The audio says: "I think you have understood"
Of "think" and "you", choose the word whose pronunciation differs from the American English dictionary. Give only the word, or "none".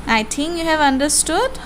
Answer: think